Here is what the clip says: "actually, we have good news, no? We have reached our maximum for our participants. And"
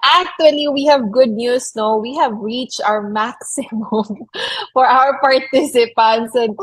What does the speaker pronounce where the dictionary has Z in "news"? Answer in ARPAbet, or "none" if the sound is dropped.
S